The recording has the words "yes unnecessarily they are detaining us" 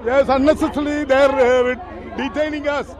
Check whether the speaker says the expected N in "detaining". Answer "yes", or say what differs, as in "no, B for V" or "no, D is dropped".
yes